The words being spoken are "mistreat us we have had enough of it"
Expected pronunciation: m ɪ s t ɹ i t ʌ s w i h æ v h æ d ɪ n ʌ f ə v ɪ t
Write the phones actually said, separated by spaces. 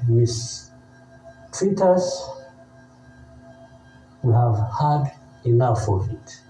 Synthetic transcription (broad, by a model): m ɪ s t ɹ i t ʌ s w i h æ v h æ d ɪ l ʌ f ə v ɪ t